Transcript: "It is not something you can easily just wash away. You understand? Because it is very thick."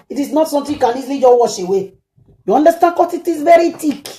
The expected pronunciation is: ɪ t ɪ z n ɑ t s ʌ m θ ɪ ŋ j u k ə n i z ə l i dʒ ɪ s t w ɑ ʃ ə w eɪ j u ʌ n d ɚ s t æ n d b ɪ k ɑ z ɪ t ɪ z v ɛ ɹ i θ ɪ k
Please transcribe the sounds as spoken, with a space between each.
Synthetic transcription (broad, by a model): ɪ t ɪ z n ɑ t s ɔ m t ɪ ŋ k ə n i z l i dʒ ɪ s w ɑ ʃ ə w eɪ j u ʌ n d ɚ s t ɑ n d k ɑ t ɪ t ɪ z v ɛ ɹ i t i k